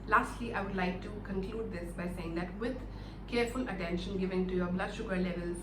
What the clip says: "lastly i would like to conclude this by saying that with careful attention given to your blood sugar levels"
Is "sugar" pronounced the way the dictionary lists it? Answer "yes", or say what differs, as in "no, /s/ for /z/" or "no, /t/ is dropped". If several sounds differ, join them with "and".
yes